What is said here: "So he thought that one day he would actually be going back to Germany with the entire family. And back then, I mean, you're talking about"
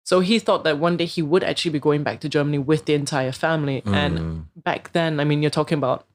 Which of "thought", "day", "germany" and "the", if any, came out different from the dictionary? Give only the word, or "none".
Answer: none